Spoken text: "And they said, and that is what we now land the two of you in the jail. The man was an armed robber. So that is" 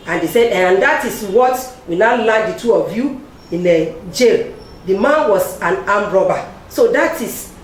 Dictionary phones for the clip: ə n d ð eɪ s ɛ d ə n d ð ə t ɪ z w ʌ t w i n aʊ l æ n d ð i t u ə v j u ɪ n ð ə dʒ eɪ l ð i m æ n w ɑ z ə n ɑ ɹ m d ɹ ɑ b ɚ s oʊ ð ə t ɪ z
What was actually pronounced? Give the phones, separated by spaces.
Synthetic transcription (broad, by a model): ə n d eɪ s ɛ d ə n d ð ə t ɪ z w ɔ t w i n aʊ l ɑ d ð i t u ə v j u ɪ n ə dʒ eɪ l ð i m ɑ n w ɑ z ə n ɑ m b ɹ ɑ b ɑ s oʊ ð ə t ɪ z